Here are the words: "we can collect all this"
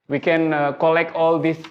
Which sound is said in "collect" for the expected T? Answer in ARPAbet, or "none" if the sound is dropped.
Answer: T